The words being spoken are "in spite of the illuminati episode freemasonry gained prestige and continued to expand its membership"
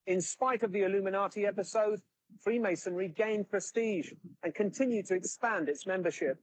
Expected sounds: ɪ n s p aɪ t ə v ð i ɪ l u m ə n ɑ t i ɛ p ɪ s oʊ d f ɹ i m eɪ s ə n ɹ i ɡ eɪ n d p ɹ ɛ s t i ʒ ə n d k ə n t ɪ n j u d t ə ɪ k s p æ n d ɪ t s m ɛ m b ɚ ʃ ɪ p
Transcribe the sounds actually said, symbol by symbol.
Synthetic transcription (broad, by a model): ɪ n s p aɪ t ə v ð i ɪ l u m ə n ɑ t i ɛ p ɪ s oʊ d f ɹ i m eɪ s ə n ɹ i ɡ eɪ n p ɹ ɛ s t i ʒ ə n k ə n t ɪ n j u d t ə ɪ k s p æ n d ɪ t s m ɛ m b ɚ ʃ ɪ p